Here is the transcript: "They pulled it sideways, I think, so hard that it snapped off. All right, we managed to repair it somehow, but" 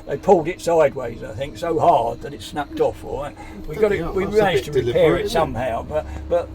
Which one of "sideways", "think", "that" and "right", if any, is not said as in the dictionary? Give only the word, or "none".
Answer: right